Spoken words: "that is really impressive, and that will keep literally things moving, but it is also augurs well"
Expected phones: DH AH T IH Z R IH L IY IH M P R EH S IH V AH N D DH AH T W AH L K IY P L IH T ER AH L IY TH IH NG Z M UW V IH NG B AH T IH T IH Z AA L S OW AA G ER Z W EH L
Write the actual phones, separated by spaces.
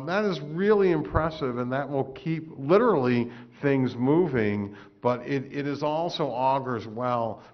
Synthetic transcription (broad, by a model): DH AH T IH Z R IH L IY IH M P R EH S IH V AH N DH AH T W AH L K IY P L IH T ER L IY TH IH NG Z M UW V IH NG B AH T IH T IH Z AA L S OW AA G ER Z W EH L